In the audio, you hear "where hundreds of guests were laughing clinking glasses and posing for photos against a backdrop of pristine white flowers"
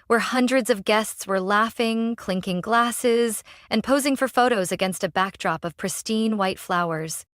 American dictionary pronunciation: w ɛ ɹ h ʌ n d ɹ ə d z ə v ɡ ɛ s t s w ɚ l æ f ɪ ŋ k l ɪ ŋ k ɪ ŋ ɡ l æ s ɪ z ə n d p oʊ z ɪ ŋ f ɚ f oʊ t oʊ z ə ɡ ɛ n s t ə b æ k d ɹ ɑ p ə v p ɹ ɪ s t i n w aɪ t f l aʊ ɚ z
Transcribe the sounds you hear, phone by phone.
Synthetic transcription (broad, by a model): w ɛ ɹ h ʌ n d ɹ ə d z ə v ɡ ɛ s t s w ɚ l æ f ɪ ŋ k l ɪ ŋ k ɪ ŋ ɡ l æ s ɪ z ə n p oʊ z ɪ ŋ f ɚ f oʊ t oʊ z ə ɡ ɛ n s t ə b æ k d ɹ ɑ p ə v p ɹ ɪ s t i n w aɪ t f l aʊ ɚ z